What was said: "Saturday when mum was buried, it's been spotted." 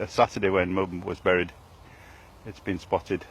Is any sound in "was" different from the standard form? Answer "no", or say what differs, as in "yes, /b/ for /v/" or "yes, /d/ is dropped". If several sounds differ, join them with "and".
no